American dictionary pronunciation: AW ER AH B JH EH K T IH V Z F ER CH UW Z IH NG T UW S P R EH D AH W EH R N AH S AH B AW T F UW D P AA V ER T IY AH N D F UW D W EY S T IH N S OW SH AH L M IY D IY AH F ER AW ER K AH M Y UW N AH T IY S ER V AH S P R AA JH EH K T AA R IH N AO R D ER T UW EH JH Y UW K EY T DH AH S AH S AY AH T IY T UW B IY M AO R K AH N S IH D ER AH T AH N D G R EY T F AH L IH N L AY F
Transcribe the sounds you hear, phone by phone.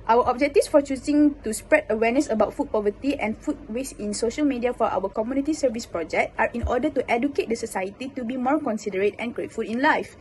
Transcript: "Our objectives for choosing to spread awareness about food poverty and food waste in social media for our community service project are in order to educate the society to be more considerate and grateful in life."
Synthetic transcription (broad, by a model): AW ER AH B JH EH K T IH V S F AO CH UW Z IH NG T UW S P R EH D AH W EH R N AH S AH B AW T F UW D P AA V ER T IY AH N F UW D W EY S IH N S OW SH AH L M IY D IY AH F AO AW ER K AH M Y UW N AH T IY S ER V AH S P R AA JH EH K T AA R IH N AO D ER T UW EH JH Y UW K EY T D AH S AH S AY AH T IY T UW B IY M AO R K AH N S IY D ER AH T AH N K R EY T F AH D IH N L AY F